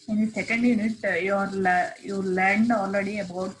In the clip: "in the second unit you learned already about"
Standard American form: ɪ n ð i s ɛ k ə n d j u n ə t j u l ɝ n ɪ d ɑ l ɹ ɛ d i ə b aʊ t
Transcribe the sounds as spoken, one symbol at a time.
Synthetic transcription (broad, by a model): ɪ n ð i s ɛ k ə n d j u n ə t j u l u l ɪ d ɑ l ɹ ɛ d i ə b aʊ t